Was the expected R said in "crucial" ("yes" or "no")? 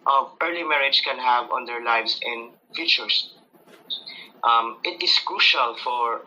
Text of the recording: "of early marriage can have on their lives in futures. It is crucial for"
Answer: yes